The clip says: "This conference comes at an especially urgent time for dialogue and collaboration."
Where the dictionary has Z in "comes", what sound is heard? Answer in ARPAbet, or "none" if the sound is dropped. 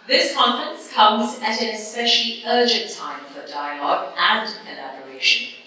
Z